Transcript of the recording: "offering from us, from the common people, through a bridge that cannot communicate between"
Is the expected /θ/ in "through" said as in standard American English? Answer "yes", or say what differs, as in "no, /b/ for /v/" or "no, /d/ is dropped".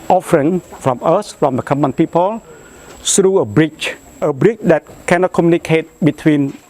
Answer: no, /s/ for /θ/